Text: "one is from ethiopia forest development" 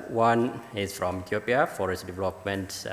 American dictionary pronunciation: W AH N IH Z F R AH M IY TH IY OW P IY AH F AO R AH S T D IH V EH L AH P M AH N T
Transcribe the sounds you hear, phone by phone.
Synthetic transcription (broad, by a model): W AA N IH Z F R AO M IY T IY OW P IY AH F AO R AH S D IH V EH L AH P M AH N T